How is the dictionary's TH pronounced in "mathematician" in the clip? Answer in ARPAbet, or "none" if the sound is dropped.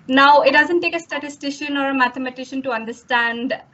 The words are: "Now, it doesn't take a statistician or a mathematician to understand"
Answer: T